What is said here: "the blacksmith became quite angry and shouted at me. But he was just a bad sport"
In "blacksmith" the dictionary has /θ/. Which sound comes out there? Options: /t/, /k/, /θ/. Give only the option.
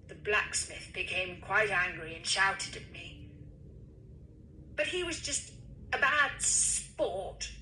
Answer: /θ/